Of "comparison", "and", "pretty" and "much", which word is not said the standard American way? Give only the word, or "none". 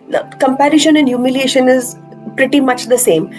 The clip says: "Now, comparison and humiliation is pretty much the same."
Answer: comparison